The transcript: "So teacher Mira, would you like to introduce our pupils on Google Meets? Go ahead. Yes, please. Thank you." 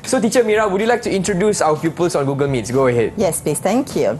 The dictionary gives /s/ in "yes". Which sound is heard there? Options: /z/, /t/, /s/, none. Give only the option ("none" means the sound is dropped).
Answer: /s/